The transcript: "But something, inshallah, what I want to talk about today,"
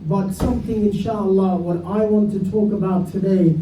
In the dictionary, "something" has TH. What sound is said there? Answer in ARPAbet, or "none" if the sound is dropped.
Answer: TH